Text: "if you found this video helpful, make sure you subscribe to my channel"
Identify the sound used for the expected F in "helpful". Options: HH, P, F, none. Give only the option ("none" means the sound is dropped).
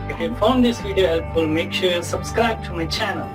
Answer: none